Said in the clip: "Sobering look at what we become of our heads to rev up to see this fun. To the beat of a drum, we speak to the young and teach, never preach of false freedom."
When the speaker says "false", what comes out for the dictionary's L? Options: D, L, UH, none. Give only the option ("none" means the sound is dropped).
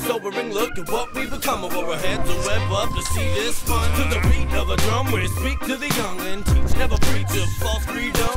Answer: none